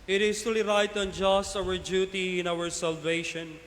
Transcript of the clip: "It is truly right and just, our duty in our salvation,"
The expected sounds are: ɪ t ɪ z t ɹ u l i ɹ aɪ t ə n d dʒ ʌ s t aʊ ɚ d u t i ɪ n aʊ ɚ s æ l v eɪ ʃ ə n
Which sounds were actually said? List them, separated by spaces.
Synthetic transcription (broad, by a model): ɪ t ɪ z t u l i ɹ aɪ t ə n dʒ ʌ s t aʊ ɚ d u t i ɪ n aʊ ɚ s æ l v eɪ ʃ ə n